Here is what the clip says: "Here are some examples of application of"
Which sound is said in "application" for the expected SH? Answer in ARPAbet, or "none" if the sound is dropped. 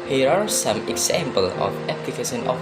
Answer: S